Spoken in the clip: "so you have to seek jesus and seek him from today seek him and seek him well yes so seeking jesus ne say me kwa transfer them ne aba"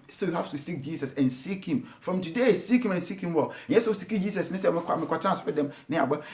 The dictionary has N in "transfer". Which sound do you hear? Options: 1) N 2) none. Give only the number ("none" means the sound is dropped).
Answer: 2